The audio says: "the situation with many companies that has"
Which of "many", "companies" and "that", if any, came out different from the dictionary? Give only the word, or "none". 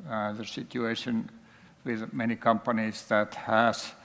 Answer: companies